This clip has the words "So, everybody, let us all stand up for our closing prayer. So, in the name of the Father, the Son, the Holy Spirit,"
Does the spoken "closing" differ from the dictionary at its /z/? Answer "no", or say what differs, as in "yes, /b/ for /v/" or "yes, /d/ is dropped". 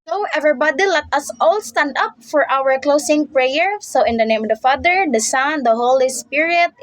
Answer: yes, /s/ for /z/